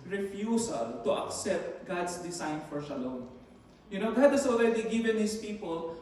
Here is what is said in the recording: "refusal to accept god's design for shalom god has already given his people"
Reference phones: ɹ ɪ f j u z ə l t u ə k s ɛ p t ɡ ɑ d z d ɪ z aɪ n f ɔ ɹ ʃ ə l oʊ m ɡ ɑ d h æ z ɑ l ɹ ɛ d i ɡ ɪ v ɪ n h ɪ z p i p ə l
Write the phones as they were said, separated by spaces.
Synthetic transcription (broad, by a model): ɹ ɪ f j u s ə l t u ə k s ɛ p t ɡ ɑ d s d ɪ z aɪ n f ɔ ɹ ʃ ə l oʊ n ɡ ɑ d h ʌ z ɑ l ɹ ɛ d i ɡ ɪ v ɪ n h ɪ s p i p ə l